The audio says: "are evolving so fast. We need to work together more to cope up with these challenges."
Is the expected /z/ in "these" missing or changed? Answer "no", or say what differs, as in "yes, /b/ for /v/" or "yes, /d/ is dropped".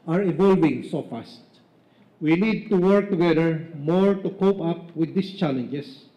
yes, /s/ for /z/